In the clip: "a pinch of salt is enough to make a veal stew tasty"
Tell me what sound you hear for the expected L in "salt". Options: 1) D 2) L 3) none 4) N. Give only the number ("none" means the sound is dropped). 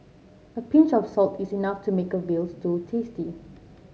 2